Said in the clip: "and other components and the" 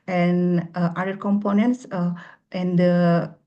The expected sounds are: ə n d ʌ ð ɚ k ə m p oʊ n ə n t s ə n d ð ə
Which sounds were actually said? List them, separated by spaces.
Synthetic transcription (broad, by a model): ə n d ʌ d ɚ k ə m p oʊ n ə n t s ə n d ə